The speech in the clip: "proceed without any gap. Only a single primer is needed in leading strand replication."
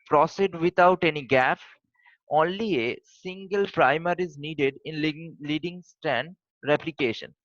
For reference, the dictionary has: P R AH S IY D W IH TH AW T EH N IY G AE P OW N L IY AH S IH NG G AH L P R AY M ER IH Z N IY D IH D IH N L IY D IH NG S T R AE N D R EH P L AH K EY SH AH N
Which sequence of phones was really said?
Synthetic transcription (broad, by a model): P R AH S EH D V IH T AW T EH N IY G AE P OW N L IY AH S IH NG G AH L P R AY M ER IH Z N IY D IH D IH N L IY D IH NG S T AE N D R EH P L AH K EY SH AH N